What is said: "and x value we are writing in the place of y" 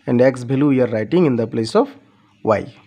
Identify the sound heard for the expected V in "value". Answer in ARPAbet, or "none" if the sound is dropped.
B